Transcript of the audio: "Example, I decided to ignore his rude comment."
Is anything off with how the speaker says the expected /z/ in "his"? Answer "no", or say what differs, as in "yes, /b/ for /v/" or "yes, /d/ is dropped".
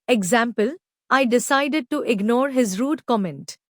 no